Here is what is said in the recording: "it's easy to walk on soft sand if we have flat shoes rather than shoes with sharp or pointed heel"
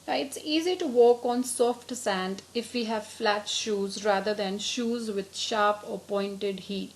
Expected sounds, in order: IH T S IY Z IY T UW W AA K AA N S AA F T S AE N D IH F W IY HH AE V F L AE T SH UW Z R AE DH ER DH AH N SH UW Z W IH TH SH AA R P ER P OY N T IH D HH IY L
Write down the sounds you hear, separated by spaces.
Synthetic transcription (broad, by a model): IH T S IY Z IY T UW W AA K AA N S AA F T S AE N D IH F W IY HH AE V F L AE T SH UW Z R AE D ER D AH N SH UW Z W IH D SH AA R P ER P OY N T IH D HH IY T